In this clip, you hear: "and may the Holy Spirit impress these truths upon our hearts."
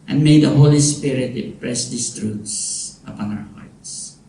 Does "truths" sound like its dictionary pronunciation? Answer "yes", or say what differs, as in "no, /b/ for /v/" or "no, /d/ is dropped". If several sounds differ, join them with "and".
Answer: no, /t/ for /θ/